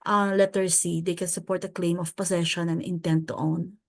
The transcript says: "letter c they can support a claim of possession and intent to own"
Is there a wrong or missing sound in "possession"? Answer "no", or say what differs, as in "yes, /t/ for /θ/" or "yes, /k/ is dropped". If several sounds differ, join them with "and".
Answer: yes, /s/ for /z/